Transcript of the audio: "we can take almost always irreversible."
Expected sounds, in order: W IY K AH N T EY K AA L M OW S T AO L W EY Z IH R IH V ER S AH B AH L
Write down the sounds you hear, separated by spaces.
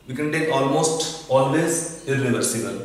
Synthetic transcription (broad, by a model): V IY K AH N T EY K AA L M OW S T AO L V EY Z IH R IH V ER S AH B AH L